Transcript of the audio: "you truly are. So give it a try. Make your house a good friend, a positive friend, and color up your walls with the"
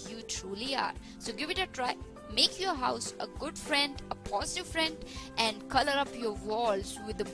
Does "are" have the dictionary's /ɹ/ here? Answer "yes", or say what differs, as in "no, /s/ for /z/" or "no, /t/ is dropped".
yes